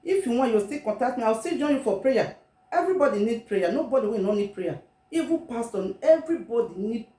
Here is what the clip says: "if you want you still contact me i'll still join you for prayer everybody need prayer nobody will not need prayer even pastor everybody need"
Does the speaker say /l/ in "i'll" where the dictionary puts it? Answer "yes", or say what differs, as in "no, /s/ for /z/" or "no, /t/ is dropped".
no, /w/ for /l/